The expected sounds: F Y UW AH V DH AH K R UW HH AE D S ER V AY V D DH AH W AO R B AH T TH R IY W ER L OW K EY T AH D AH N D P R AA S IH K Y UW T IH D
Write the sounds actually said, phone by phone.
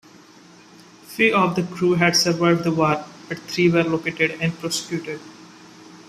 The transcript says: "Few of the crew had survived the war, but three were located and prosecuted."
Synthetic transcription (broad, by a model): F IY AH V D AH K R UW HH AE D S ER V AY V D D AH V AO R B AH T T R IY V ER L OW K EY T AH D AH N D P R AA S IH K Y UW T IH D